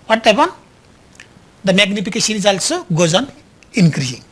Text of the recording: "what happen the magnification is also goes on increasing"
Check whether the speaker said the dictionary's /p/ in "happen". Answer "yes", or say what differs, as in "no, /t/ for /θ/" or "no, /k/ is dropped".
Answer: no, /b/ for /p/